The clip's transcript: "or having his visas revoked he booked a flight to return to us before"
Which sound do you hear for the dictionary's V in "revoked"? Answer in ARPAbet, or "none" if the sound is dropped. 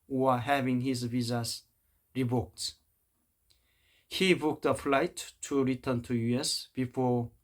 B